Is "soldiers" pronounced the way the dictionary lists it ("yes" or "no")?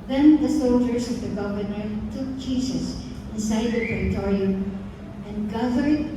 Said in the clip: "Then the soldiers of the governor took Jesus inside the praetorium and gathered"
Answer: no